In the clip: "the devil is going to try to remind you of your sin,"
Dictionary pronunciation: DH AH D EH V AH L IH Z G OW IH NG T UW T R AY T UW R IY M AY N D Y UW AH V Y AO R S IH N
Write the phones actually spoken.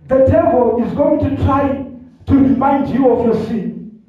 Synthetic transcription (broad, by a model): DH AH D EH B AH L IH Z G OW IH NG T UW T R AY T UW R IY M AY N D Y UW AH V Y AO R S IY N